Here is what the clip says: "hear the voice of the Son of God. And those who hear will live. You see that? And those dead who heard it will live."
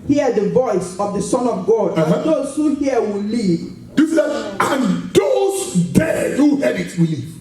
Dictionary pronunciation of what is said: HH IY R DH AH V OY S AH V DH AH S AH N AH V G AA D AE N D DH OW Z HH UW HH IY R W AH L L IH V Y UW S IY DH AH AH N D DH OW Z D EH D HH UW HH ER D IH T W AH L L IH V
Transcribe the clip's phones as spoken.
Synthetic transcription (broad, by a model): HH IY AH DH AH V OY S AH V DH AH S AH N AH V G AA D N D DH OW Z HH UW HH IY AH W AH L L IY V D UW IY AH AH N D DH OW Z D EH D HH UW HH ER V IH T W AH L L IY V